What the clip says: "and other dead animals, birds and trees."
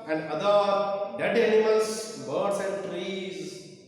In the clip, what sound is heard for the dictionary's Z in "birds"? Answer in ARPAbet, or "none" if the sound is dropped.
S